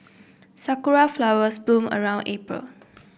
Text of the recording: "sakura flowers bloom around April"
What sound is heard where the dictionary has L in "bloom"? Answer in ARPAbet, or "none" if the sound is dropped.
none